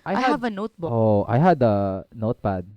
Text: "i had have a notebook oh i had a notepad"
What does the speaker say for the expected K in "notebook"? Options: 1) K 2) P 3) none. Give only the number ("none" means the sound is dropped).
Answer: 3